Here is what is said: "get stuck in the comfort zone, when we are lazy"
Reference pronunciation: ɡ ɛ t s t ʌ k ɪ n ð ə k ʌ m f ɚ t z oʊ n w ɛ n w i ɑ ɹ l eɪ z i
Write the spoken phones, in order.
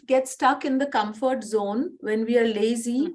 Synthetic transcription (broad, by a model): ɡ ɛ t s t ʌ k ɪ n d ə k ʌ m f ɚ t z oʊ n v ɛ n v i ɑ ɹ l eɪ z i